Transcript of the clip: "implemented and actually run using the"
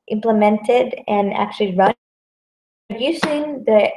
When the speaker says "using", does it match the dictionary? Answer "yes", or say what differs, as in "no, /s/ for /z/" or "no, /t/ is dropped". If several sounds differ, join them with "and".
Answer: no, /s/ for /z/